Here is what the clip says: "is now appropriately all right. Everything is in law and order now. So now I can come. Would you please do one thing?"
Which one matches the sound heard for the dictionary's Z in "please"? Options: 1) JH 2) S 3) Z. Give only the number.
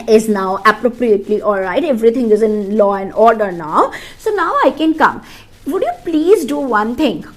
3